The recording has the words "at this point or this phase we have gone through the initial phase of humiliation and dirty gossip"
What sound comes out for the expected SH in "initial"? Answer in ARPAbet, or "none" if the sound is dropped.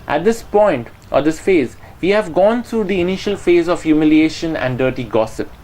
SH